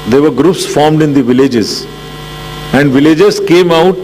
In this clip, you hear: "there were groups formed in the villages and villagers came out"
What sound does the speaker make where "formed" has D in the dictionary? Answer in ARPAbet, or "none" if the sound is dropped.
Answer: D